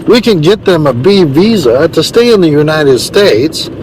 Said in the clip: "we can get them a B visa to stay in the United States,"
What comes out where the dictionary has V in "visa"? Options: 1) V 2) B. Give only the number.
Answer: 1